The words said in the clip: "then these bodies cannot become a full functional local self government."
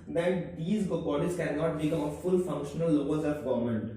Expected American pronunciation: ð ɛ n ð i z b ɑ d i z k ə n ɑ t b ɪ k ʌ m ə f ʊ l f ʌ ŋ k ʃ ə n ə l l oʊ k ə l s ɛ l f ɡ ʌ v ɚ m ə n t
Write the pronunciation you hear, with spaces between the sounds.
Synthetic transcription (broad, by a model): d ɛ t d i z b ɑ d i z k ə n ɑ t b ɪ k ʌ m ə f ʊ l f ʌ ŋ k ʃ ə n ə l l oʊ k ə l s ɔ f ɡ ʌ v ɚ m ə n t